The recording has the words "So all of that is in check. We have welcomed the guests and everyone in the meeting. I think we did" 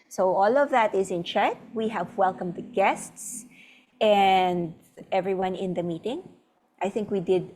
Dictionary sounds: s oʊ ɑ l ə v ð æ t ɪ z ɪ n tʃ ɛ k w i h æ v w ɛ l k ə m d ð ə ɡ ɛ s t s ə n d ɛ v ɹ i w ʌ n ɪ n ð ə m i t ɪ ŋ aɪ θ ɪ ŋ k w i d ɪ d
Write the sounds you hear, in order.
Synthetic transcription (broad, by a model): s oʊ ɑ l ə v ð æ t ɪ z ɪ n tʃ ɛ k w i h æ v w ɛ l k ə m d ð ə ɡ ɛ s t s ə n d ɛ v ɹ i w ʌ n ɪ n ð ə m i t ɪ ŋ aɪ θ ɪ ŋ k w i d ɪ d